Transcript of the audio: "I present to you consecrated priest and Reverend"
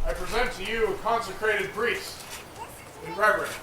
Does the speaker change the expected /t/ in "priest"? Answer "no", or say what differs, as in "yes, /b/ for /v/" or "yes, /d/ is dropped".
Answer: yes, /t/ is dropped